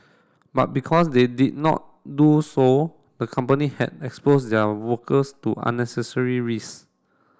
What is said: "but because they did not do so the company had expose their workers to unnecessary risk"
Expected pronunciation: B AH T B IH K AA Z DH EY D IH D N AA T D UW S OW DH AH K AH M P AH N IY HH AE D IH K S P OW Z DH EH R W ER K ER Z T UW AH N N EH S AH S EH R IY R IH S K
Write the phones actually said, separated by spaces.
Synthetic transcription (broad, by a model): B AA T B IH K AA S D EY D IH D N AA T D UW S OW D AH K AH M P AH N IY HH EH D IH K S P OW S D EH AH W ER K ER S T UW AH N N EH S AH S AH R IY R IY S